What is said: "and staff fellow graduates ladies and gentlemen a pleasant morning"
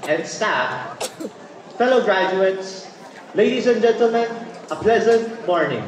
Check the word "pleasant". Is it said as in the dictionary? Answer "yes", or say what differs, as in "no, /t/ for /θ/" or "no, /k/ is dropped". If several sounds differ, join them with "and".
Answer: yes